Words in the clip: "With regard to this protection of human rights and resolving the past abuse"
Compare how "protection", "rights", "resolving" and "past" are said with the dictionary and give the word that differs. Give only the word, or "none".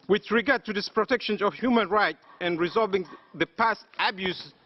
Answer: rights